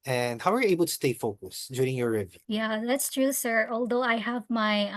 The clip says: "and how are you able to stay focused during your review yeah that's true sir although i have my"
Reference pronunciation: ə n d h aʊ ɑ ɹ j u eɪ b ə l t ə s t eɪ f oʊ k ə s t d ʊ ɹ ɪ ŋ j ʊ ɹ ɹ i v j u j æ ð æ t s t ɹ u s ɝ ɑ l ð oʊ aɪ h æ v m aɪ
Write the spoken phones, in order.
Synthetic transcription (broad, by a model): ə n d h aʊ ɑ ɹ j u eɪ b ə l t ə s t eɪ f oʊ k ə s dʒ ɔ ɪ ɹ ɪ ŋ j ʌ ɹ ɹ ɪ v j j æ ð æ t s t ɹ u s ɝ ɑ l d oʊ aɪ h æ v m aɪ